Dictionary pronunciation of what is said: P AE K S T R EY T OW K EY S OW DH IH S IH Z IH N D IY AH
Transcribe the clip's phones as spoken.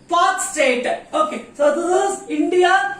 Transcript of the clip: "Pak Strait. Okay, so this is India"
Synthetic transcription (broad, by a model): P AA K S T EY T OW K EY S OW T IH IH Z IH N D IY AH